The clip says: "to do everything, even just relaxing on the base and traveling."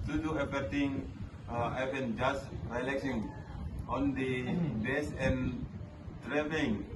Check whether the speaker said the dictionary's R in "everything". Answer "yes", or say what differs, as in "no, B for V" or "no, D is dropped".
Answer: no, R is dropped